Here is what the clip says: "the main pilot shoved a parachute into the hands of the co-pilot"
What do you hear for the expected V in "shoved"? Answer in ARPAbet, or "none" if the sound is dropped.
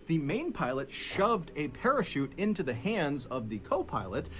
V